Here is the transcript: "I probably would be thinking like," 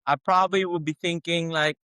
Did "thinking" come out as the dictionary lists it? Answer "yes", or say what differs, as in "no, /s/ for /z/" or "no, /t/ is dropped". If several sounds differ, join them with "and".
yes